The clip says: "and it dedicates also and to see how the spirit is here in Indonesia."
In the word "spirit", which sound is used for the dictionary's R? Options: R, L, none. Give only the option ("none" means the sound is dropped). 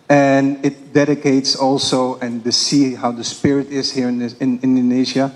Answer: R